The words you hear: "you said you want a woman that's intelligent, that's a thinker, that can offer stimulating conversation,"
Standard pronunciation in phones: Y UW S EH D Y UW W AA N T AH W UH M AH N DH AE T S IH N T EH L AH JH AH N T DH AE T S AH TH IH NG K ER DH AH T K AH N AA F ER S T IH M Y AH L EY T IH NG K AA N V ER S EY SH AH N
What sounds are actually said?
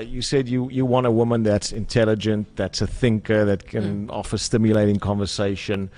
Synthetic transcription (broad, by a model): Y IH S EH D Y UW W AA N T AH W UH M AH N DH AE T S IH N T EH L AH JH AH N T DH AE T S AH TH IH NG K ER DH AH T K AH N AA F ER S T IH M Y AH L EY T IH NG K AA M V ER S EY SH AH N